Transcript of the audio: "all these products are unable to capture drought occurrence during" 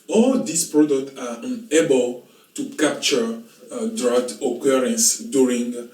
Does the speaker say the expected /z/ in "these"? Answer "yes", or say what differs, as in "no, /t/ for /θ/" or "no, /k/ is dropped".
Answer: no, /s/ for /z/